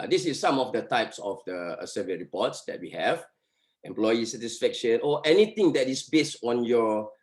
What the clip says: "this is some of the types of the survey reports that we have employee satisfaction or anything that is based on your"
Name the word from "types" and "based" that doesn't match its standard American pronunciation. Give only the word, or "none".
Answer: none